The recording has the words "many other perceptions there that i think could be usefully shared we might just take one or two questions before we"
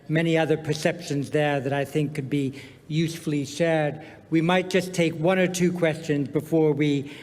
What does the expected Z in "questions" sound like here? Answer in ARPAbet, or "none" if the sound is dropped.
Z